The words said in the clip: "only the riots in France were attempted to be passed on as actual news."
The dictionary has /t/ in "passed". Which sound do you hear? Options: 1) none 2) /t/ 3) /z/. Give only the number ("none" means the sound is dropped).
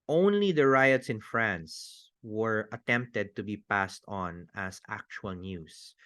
2